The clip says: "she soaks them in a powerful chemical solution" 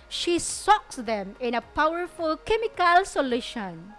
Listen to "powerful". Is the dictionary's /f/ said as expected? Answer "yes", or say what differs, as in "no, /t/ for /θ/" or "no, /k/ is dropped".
yes